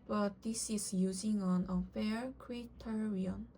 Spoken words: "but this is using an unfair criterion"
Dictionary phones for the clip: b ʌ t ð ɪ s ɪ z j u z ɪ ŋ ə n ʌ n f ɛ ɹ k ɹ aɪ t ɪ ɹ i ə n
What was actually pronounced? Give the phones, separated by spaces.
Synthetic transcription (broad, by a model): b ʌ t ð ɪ s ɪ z j u z ɪ ŋ ə n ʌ f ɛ ɹ k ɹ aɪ t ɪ ɹ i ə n